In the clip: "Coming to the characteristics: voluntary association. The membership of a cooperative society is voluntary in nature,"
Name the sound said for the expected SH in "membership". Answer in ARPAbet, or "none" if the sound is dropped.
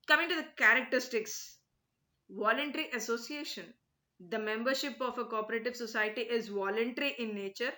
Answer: SH